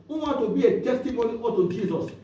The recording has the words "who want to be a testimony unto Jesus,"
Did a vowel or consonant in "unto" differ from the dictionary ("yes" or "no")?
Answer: yes